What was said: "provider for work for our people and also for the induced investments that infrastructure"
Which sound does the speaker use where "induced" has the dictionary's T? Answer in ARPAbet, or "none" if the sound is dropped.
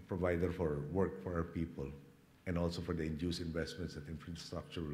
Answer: none